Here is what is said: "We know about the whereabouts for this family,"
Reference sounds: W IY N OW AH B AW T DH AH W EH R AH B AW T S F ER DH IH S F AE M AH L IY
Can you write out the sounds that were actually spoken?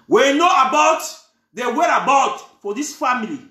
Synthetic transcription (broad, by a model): W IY N OW AH B AW T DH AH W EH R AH B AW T F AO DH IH S F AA M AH L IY